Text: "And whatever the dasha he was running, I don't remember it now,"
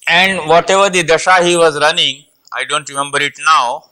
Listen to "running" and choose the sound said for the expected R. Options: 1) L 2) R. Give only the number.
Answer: 2